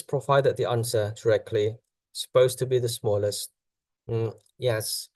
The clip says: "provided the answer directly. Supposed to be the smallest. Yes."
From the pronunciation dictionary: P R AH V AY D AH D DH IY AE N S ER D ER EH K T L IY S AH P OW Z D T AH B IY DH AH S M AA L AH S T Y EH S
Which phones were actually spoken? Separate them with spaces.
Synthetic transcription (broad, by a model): P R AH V AY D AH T DH IY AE N S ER D ER EH K T L IY S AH P OW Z T AH B IY DH AH S M AA L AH S T Y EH S